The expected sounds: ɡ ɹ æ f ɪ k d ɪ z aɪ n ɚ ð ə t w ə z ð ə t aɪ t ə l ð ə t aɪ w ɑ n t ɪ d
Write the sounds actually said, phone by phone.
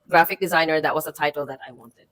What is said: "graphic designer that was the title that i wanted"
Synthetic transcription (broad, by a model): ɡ ɹ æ f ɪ k d ɪ z aɪ n ɚ ð ə t w ə z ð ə t aɪ t l ð ə t aɪ w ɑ n t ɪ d